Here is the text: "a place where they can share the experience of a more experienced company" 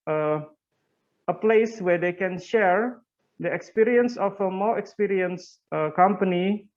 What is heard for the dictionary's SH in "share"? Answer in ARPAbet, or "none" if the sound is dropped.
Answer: SH